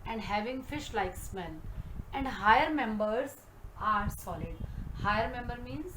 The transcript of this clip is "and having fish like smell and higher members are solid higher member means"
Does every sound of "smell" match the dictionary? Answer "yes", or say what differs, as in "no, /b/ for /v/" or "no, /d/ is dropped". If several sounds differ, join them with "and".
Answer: no, /n/ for /l/